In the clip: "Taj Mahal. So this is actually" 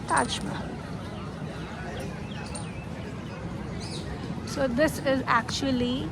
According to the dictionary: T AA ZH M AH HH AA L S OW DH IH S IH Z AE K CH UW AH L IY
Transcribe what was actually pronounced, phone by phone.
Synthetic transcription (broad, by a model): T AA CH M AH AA N S OW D IH S IH Z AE K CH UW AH L IY